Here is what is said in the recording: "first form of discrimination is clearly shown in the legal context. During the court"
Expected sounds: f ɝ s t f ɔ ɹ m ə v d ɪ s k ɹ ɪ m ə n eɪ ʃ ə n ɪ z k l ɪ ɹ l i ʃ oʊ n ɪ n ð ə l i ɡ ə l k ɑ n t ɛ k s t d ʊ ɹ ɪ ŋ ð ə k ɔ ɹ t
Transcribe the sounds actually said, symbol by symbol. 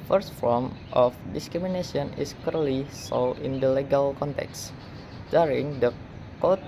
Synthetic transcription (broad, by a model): f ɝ s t f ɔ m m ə f d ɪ s k ɹ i m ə n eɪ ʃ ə n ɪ s k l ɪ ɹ l i s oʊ l ɪ n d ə l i ɡ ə l k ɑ n t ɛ k s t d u ɹ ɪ ŋ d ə k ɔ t